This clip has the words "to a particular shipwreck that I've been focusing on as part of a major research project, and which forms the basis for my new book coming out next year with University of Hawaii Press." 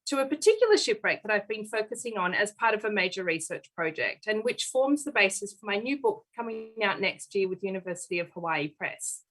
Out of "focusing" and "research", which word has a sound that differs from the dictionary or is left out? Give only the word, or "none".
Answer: none